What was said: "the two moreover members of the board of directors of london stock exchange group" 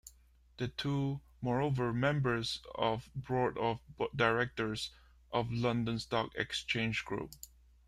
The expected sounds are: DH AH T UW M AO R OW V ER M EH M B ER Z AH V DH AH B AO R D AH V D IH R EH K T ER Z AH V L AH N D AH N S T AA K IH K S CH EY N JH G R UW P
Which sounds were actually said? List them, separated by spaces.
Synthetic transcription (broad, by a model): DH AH T UW M AO R OW V ER M EH M B ER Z AH V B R AO R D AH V D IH R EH K T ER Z AH V L AH N D AH N S T AA K IH K S CH EY N JH G R UW P